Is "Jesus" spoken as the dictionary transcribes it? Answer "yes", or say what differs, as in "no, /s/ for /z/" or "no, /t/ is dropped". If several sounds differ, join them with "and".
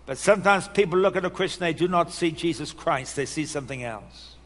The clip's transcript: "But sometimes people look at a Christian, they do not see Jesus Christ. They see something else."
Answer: yes